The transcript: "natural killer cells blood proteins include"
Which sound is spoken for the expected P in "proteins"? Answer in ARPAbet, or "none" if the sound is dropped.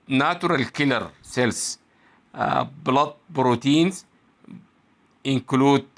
B